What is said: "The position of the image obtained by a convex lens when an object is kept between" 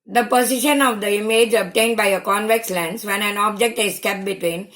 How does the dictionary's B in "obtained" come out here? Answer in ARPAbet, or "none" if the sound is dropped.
B